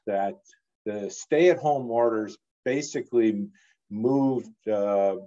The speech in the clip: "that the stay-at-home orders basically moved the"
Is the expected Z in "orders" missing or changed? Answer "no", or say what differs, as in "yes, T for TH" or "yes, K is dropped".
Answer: no